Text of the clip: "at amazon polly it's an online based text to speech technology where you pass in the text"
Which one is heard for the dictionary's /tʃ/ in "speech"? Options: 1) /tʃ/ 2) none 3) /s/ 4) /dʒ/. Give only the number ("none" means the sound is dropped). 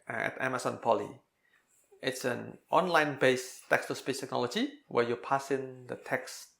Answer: 3